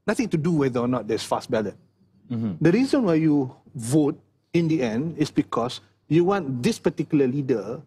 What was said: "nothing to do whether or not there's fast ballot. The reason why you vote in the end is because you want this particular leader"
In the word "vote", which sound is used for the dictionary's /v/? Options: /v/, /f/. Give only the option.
/v/